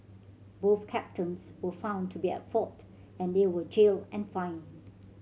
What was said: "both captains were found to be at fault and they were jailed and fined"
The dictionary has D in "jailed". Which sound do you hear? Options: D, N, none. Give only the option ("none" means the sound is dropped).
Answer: none